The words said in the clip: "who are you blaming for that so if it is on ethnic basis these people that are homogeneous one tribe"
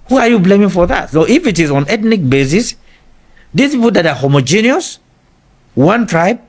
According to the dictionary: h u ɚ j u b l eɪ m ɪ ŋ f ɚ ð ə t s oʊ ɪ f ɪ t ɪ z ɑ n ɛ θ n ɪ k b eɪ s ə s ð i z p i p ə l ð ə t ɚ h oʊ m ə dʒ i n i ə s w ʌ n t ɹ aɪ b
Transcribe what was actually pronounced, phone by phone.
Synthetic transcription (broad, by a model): h u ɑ j u b l eɪ m ɪ ŋ f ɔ ð ə t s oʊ ɪ f ɪ t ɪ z ɑ n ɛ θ n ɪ k b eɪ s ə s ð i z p i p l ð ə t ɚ h oʊ m ə dʒ i n i ə s w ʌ n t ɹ aɪ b